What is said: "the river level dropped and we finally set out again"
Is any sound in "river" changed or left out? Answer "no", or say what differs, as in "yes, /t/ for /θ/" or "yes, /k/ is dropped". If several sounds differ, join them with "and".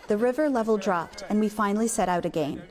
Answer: no